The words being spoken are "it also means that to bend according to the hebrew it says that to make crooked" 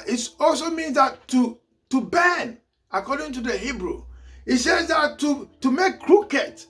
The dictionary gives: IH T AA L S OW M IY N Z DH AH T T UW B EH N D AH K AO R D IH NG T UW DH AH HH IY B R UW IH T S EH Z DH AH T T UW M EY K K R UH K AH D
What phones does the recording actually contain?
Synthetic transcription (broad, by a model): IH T AA L S OW M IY N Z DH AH T T UW B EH N AH K AO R D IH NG T UW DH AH HH IY B R UW IH T S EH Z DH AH T T UW M EY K K R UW K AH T